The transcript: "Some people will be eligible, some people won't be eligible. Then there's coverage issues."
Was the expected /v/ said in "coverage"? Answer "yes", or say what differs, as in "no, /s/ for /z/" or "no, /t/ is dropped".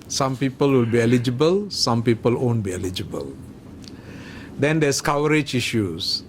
no, /w/ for /v/